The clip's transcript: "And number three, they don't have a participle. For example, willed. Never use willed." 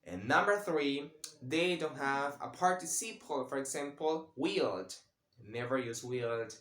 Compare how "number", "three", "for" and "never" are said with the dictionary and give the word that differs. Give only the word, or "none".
none